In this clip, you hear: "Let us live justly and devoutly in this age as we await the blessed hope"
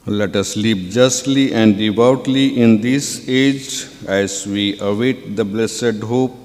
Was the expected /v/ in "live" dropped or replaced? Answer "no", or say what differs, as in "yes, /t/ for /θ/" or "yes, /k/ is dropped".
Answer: yes, /p/ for /v/